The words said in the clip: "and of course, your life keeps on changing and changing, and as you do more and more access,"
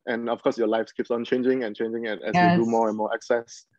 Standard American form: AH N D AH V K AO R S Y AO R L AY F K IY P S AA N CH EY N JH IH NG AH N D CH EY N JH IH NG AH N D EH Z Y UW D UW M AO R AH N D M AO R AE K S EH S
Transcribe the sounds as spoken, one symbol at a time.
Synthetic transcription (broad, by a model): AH N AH F K AO S Y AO L AY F K IY P S AA N CH EY N JH IH NG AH N CH EY N JH IH NG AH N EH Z Y UW D UW M AO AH N M AO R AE K S EH S